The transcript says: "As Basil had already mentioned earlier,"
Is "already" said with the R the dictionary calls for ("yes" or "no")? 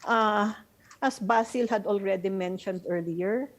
yes